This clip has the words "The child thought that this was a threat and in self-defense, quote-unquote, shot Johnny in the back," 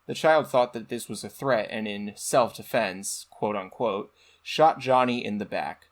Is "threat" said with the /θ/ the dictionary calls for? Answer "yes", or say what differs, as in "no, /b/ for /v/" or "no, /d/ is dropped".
yes